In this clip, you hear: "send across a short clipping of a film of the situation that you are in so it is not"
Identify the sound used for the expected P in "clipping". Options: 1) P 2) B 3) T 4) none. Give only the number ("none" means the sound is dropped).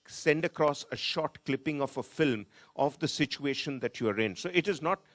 1